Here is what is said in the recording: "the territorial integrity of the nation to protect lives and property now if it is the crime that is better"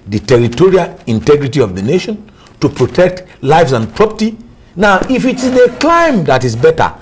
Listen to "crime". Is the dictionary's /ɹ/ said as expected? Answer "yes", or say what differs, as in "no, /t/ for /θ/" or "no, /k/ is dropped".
no, /l/ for /ɹ/